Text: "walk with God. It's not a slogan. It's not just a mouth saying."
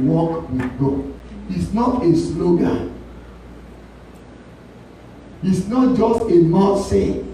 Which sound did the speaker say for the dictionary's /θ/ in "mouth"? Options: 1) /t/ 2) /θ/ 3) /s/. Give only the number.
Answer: 1